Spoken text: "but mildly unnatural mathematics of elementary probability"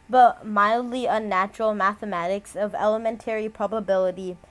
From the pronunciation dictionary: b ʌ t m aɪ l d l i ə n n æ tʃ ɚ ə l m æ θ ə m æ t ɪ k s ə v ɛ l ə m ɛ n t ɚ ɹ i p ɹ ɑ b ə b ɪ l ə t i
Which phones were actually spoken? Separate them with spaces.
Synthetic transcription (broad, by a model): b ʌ t m aɪ l d l i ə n n æ tʃ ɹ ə l m æ θ ə m æ t ɪ k s ə v ɛ l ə m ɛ n t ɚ ɹ i p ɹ ɑ b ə b ɪ l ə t i